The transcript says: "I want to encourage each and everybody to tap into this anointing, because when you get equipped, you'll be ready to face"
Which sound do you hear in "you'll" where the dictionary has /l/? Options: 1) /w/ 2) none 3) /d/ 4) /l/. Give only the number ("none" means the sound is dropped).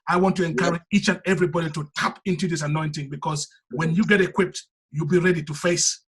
4